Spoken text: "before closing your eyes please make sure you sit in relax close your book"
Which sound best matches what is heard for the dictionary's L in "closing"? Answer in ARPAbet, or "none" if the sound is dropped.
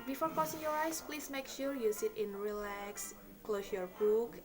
none